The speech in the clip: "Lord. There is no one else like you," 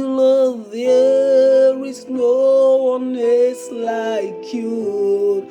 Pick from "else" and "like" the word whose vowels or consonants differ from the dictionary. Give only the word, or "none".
else